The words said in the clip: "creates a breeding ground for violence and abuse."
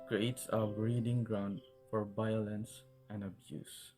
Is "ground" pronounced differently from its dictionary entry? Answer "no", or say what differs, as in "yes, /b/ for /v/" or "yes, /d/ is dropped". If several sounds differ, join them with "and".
no